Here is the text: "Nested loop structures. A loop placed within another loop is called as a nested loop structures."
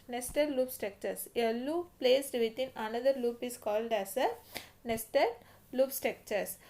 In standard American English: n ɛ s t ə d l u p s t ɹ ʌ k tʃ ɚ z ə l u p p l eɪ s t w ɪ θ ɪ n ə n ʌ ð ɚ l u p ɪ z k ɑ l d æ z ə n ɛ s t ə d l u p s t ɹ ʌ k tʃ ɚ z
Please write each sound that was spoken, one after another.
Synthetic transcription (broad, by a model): n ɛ s t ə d l u p s t ɹ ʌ k tʃ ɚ s ə l u p p l eɪ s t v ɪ t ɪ n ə n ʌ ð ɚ l u p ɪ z k ɑ l d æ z ə n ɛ s t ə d l u p s t ɹ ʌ k tʃ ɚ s